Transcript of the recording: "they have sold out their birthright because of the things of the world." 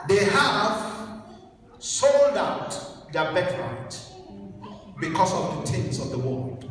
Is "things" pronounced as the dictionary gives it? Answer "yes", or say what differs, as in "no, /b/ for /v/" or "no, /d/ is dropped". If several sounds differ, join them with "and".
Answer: no, /t/ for /θ/